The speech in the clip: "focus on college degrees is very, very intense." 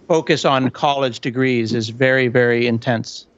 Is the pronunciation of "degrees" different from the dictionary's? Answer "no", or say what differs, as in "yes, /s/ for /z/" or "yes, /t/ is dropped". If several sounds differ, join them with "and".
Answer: no